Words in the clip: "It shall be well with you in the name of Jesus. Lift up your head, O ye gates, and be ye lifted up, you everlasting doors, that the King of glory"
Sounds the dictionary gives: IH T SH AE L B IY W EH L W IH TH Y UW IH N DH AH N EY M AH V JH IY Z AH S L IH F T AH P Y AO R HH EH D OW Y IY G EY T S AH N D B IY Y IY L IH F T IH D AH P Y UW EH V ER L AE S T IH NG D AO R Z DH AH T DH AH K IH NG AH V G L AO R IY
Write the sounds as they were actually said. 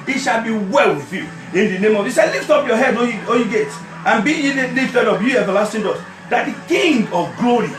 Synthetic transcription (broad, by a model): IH T SH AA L B IY W EH L W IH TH Y UW IH N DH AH N EY M AH V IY S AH L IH F T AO P Y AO HH EH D OW Y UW G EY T AH N B IY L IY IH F T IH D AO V Y UW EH V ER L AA S T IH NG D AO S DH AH T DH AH K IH NG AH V G L AO R IY